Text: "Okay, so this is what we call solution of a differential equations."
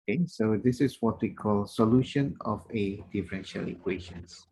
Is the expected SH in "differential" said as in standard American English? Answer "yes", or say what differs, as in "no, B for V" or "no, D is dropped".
yes